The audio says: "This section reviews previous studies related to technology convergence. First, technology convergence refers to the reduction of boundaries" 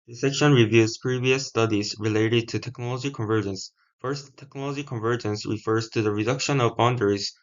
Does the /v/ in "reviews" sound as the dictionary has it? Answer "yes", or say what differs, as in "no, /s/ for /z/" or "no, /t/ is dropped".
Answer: yes